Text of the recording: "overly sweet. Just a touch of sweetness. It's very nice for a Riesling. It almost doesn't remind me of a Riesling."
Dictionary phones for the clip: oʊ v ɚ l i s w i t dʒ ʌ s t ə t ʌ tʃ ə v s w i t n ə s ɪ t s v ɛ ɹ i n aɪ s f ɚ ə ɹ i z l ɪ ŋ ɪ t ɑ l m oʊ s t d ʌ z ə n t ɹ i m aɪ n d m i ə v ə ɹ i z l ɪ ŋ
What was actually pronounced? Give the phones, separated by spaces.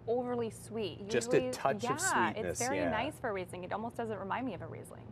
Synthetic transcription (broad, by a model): oʊ v ɚ l i s w i t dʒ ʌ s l ə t ʌ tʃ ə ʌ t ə ɪ s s v ɛ ɹ i n aɪ s f ɚ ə ɹ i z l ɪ ŋ ɪ t ɑ l m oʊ s d ʌ z ə n t ɹ i m aɪ n d m i ə v ə ɹ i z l ɪ ŋ